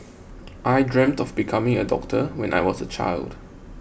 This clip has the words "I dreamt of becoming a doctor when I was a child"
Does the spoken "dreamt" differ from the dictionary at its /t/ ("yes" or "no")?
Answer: no